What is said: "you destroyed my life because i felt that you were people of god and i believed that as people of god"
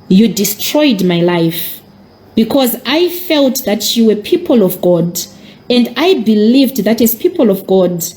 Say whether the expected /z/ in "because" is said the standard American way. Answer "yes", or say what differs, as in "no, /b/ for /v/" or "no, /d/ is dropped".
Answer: yes